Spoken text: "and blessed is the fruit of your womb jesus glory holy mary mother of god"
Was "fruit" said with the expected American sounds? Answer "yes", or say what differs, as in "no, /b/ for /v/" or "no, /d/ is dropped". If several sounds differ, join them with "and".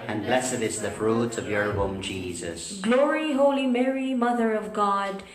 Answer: yes